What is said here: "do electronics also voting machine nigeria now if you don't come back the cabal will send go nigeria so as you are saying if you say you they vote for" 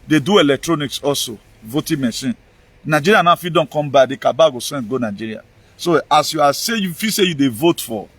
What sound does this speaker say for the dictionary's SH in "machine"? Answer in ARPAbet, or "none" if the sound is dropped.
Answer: S